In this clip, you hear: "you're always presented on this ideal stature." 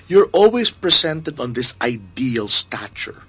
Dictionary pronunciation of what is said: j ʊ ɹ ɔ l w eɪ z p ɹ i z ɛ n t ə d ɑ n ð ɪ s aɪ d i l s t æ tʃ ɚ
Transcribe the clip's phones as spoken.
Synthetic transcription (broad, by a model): j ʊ ɹ ɔ l w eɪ s p ɹ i s ɛ n t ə d ɑ n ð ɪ s aɪ d i l s t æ tʃ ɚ